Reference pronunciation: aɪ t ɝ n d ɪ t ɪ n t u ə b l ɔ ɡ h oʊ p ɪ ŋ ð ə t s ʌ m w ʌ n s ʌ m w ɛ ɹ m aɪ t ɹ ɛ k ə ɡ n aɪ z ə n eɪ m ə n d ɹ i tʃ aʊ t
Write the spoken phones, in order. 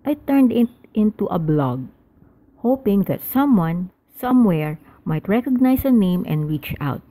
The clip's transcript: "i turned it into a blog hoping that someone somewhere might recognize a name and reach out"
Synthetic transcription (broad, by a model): aɪ t ɝ n d ɪ t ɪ n t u ə b l ɔ ɡ h oʊ p ɪ ŋ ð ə t s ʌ m w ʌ n s ʌ m w ɛ ɹ m aɪ t ɹ ɛ k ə ɡ n aɪ s ə n eɪ m ə n d ɹ i tʃ aʊ t